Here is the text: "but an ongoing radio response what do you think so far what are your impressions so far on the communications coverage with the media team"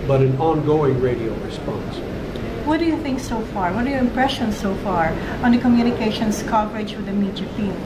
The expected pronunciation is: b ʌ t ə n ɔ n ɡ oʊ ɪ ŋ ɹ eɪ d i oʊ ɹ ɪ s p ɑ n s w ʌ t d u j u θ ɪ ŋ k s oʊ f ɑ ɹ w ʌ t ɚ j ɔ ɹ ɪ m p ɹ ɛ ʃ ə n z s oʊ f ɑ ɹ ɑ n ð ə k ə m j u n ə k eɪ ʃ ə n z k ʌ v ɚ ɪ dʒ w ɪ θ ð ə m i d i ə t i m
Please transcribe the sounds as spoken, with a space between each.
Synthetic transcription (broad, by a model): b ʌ t ə n ɔ n ɡ oʊ ɪ ŋ ɹ eɪ d i oʊ ɹ ɪ s p ɑ n s w ʌ t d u j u θ ɪ ŋ k s oʊ f ɑ ɹ w ʌ t ɚ j ɔ ɹ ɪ m p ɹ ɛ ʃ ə n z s oʊ f ɑ ɹ ɑ n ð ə k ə m j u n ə k eɪ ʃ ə n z k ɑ p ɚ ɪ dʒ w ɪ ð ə m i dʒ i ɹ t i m